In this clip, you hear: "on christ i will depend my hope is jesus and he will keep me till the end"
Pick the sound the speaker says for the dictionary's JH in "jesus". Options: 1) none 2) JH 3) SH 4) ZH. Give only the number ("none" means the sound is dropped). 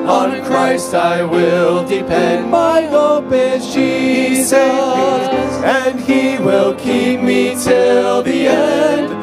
3